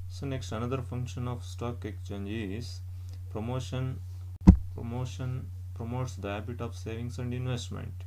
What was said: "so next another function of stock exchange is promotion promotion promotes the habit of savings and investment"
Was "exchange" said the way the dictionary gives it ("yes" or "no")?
no